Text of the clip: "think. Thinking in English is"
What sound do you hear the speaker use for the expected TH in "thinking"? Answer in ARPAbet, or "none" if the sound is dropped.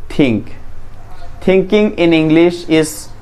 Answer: T